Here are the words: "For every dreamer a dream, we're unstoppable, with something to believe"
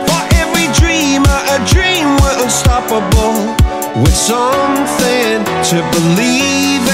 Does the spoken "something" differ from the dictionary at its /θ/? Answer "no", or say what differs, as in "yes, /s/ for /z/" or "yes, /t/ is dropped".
no